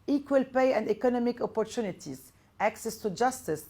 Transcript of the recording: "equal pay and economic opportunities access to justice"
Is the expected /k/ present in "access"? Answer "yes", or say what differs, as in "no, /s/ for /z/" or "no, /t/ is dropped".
yes